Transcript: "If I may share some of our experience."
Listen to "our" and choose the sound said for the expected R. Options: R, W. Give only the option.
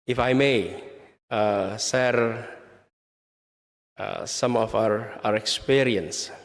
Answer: R